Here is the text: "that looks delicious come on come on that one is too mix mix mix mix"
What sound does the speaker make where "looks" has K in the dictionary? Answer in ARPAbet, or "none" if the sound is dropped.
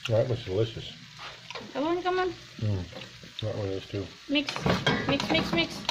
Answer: none